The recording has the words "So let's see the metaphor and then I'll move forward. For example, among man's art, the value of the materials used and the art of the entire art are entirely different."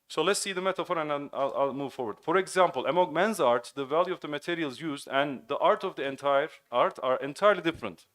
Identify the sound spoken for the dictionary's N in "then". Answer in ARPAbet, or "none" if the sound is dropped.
L